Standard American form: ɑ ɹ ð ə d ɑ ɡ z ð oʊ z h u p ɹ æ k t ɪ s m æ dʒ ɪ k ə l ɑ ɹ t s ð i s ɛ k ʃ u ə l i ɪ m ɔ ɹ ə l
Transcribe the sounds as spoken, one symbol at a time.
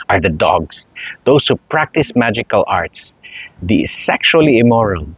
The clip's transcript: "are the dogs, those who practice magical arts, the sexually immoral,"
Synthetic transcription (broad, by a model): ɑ ɹ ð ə d ɑ ɡ s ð oʊ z h u p ɹ æ k t ɪ s m æ dʒ ɪ k ə l ɑ ɹ t s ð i s ɛ k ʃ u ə l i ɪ m ɔ ɹ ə l